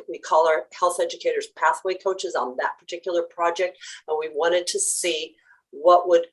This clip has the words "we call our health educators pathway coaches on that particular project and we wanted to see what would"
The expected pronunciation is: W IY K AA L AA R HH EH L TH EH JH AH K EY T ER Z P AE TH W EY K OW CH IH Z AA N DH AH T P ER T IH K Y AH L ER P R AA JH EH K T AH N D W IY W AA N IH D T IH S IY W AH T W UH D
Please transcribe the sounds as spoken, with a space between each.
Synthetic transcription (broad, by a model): W IY K AA L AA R HH EH L TH EH JH AH K EY T ER Z P AE TH W EY K OW CH IH Z N DH AH T P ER T IH K Y L ER P R AA JH EH K T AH N W IY W AA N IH D T IH S IY W AH T W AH D